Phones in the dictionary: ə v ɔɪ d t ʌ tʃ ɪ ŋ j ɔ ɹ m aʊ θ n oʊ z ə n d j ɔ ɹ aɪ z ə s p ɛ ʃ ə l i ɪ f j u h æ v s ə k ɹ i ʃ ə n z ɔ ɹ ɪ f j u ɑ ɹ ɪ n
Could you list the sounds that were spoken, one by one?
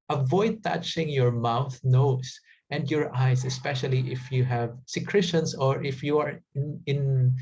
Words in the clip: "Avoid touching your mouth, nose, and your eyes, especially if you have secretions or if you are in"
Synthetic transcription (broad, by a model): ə v ɔɪ d t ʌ tʃ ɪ ŋ j ɔ ɹ m aʊ θ n oʊ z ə n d j ɔ ɹ aɪ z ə s p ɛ ʃ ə l i ɪ f j u h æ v s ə k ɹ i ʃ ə n s ɔ ɹ ɪ f j u ɑ ɹ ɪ n